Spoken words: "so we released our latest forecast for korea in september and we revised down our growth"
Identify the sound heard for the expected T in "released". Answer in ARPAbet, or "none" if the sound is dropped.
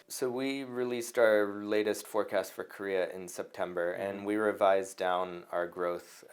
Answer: T